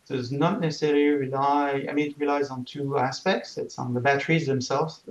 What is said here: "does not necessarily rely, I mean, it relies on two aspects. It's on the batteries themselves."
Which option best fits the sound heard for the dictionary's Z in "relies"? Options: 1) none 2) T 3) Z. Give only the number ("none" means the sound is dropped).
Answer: 3